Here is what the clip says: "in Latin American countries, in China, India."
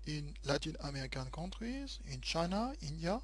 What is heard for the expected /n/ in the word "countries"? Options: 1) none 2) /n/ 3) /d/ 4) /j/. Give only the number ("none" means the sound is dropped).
1